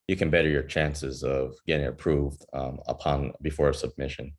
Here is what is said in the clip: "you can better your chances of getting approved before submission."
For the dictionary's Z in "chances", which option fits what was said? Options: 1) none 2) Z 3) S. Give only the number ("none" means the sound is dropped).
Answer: 2